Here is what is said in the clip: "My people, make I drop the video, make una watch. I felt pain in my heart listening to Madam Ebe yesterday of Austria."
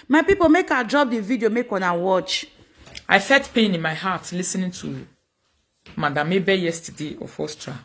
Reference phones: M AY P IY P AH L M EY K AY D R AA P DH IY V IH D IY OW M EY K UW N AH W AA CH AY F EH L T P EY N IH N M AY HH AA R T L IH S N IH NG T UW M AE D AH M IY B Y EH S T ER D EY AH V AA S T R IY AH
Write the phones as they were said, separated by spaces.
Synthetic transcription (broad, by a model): M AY P IY P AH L M EY K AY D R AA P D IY V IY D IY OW M EY K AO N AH W AA CH AY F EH T P EY N IH N M AY HH AA T L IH S N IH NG T UW M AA D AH M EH B Y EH S T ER D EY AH F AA S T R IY